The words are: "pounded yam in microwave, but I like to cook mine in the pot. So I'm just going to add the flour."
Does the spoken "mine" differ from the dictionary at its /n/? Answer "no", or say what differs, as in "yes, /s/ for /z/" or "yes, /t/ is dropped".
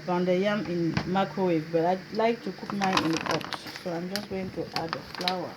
yes, /n/ is dropped